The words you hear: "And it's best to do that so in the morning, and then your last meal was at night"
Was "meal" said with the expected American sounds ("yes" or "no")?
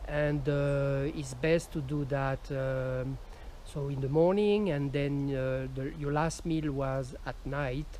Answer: yes